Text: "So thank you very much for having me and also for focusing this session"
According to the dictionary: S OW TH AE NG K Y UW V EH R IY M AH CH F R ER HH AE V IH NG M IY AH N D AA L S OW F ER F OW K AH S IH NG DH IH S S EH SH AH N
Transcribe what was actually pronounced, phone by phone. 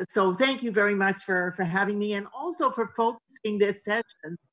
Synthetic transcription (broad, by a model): S OW TH AE NG K Y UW V EH R IY M AH CH F R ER HH AE V IH NG M IY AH N AA L S OW F ER F OW K AH S IH NG DH IH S S EH SH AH N